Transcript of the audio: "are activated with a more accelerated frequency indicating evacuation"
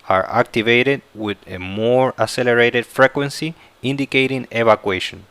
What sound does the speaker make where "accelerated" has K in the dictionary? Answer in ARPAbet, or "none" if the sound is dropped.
none